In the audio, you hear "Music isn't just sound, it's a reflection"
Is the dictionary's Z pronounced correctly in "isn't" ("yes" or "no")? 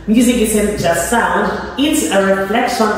no